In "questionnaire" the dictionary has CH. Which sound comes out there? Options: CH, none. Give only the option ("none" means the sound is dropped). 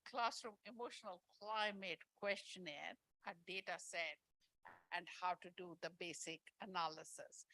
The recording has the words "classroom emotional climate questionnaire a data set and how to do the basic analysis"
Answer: CH